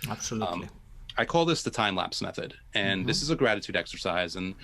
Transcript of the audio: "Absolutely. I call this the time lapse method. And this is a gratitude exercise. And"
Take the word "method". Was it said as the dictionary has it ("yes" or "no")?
yes